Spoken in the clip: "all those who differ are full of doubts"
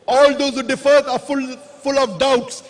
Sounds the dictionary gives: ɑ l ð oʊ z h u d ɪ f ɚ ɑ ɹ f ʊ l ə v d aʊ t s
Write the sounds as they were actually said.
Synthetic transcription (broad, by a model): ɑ l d oʊ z h u d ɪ f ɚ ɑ l f ʊ l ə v d aʊ t s